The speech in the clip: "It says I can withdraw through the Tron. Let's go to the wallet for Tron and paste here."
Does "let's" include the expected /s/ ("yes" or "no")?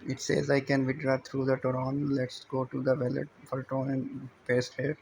yes